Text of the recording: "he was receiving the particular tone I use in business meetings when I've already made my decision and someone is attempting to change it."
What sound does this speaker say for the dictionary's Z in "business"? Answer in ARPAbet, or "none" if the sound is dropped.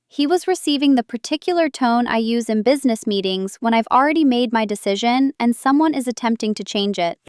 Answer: Z